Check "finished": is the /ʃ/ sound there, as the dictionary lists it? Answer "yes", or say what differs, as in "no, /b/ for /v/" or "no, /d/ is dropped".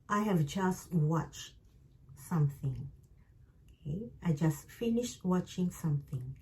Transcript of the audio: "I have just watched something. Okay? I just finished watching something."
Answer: yes